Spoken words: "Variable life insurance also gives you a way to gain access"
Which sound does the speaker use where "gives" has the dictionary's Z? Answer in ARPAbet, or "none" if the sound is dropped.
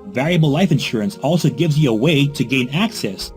Z